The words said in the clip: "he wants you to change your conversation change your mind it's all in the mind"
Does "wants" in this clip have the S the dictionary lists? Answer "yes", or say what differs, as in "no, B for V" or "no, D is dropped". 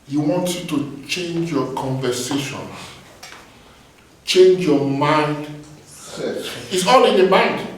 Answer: no, S is dropped